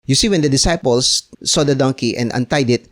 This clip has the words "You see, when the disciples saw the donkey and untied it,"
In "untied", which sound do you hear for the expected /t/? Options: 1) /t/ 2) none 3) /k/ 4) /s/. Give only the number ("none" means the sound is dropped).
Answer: 1